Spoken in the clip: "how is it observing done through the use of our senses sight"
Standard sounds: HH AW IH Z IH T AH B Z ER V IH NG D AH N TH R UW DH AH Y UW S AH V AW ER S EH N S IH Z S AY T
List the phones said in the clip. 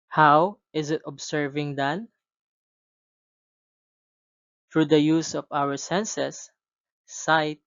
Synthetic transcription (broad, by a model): HH AW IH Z IH T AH B S ER V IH NG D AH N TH R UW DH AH Y UW S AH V AW ER S EH N S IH S AY T